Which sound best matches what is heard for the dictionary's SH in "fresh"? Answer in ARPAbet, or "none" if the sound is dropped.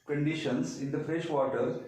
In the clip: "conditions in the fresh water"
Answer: SH